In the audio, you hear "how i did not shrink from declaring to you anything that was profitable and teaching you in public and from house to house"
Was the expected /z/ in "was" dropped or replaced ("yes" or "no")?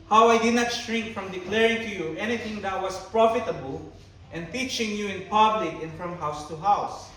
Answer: yes